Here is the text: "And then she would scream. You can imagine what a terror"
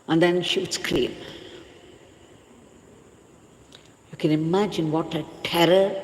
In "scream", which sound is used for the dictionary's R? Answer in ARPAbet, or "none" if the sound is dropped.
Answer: L